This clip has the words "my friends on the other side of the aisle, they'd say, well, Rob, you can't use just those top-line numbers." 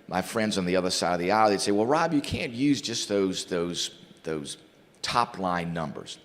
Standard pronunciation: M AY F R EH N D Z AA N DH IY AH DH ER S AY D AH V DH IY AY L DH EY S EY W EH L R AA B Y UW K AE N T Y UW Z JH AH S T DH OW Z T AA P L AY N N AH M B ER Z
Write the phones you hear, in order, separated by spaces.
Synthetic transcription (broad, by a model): M AY F R EH N D Z N DH IY AH DH ER S AY D AH V DH IY AY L DH EY S EY W EH L R AA B Y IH K AE N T Y UW Z JH AH S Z DH OW Z T AA P L AY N N AH M B ER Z